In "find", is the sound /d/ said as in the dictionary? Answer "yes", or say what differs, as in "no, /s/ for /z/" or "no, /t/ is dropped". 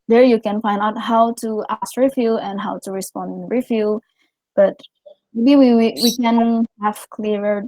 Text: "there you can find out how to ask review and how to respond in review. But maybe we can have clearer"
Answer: yes